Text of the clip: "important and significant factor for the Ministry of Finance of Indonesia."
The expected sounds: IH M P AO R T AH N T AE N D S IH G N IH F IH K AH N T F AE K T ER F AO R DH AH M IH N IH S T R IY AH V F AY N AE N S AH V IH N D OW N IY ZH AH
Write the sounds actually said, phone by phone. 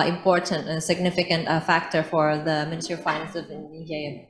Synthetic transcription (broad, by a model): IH M P AO R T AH N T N S IH G N IH F IH K AH N T F AE K T ER F AO R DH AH M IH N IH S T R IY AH F AY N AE N S AH V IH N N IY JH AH